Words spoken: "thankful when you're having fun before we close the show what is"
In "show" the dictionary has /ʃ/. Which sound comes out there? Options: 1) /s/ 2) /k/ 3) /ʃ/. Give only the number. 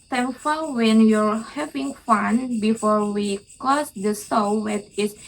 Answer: 1